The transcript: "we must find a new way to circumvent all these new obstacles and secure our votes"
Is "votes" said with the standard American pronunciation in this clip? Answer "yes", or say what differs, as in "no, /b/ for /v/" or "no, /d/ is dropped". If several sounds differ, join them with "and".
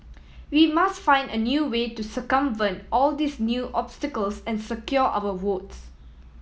no, /w/ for /v/